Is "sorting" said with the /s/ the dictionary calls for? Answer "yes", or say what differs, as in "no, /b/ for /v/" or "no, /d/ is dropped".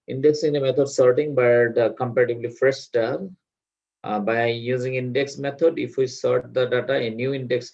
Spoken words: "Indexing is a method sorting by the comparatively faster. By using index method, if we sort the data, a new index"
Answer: yes